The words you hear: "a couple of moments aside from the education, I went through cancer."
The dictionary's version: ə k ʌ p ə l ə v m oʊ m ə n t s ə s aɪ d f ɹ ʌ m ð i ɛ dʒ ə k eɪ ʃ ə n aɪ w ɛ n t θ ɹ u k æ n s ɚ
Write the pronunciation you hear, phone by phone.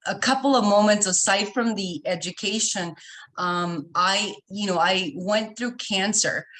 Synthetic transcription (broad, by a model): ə k ʌ p l ə v m oʊ m ə n t s ə s aɪ d f ɹ ʌ m ð i ɛ dʒ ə k eɪ ʃ ə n aɪ w ɛ n θ ɹ u k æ n s ɚ